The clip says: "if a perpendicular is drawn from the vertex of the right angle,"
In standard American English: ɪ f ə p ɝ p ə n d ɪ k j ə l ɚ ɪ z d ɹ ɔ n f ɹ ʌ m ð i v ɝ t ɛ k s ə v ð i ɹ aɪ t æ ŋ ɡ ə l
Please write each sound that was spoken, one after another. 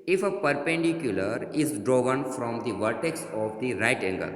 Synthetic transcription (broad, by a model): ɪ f ə p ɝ p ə n d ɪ k j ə l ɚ ɪ z d ɹ ɔ n f ɹ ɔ m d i v ɝ t ɛ k s ə v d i ɹ aɪ t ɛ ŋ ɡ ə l